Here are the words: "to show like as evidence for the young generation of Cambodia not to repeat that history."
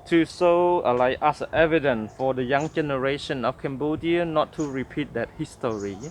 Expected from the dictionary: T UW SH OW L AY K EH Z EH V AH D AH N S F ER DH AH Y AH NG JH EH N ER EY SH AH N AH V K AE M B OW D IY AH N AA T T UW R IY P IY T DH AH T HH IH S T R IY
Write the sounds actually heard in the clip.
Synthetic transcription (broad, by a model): T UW S OW L AY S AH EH V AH D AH N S F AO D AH Y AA NG JH EH N ER EY SH AH N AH F K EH M B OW D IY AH N AA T T UW R IY P IY T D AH T HH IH S T R IY